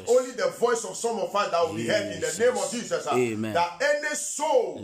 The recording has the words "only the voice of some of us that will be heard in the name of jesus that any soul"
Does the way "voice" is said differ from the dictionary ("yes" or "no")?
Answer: no